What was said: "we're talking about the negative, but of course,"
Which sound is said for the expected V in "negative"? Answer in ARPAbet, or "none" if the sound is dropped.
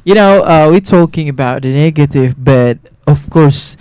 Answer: V